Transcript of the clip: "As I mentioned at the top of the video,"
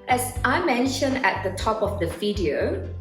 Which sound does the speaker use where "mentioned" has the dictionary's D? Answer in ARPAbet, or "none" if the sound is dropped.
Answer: D